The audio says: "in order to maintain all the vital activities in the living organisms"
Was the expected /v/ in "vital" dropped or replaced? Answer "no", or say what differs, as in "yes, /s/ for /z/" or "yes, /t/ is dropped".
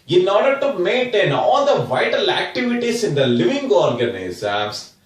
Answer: no